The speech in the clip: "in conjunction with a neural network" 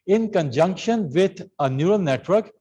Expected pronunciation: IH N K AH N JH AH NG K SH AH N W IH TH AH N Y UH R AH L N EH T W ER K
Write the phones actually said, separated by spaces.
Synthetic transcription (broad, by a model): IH N K AH N JH AH NG K SH AH N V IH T AH N Y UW R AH L N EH T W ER K